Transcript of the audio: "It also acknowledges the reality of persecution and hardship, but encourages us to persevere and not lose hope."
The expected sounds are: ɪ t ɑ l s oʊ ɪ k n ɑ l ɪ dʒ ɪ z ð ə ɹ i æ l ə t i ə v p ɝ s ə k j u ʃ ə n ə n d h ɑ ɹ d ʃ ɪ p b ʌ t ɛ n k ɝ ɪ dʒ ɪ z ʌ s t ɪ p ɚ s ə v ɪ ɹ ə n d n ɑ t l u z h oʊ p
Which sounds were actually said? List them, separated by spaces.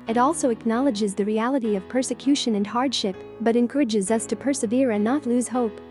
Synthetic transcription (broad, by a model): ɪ t ɑ l s oʊ ɪ k n ɑ l ɪ dʒ ɪ z ð ə ɹ i æ l ə t i ə v p ɝ s ə k j u ʃ ə n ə n h ɑ ɹ d ʃ ɪ p b ʌ t ɛ n k ɝ ɪ dʒ ɪ z ʌ s t ɪ p ɚ s ə v ɪ ɹ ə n n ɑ t l u z h oʊ p